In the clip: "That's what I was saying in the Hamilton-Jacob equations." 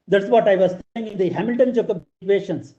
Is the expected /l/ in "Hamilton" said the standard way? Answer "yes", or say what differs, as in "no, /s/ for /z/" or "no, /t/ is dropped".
yes